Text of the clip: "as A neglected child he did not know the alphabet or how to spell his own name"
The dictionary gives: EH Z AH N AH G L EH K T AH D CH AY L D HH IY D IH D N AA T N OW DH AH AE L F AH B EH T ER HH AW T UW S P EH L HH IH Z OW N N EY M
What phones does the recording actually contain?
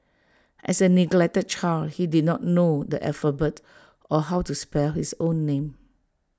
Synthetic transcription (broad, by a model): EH S AH N AH G L EH K T AH D CH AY L HH IY D IH D N AA T N OW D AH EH F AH B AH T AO HH AW T UW S P EH L HH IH S OW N N EY M